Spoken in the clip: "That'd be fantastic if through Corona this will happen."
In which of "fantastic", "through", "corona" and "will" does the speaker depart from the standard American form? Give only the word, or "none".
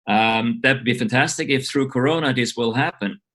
none